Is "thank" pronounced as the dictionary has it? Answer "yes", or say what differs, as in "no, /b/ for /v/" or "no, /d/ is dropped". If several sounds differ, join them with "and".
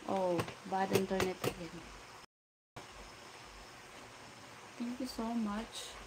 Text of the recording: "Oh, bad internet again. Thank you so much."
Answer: no, /t/ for /θ/